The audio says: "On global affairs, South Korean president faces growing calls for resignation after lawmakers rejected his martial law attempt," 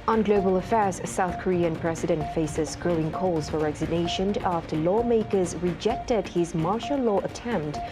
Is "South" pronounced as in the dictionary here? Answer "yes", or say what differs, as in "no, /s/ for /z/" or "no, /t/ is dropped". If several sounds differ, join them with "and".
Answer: yes